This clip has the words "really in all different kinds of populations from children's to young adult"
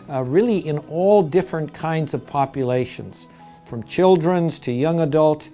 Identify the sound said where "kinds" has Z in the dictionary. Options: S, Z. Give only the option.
Z